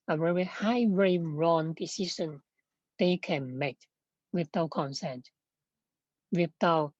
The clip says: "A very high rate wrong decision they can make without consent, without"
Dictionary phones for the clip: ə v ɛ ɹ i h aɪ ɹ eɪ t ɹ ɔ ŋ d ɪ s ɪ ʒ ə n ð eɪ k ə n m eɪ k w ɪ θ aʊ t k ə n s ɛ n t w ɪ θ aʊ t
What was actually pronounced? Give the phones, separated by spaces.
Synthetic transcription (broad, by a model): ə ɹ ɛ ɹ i h aɪ w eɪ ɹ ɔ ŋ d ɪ s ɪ s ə n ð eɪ k ə n m eɪ k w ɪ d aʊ k ə n s ɛ n t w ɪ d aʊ